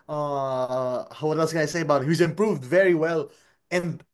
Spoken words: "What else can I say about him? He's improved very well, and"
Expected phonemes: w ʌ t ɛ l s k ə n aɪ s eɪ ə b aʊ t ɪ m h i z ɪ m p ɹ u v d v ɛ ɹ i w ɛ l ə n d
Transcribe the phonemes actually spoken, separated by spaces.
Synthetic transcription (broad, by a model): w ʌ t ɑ s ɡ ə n aɪ s eɪ ə b aʊ t h i z ɪ m p ɹ u v d v ɛ ɹ i w ɛ l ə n